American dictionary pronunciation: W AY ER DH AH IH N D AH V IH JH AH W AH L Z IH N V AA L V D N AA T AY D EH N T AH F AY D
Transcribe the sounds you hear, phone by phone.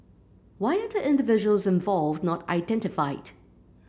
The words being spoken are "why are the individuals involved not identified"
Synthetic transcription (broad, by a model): W AY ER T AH IH N D AH V IH JH AH W AH L Z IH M V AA L V D N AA T AY D EH N T AH F AY D